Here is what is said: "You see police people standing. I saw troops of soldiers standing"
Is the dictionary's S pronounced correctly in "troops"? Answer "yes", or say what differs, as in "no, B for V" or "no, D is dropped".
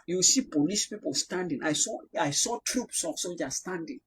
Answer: yes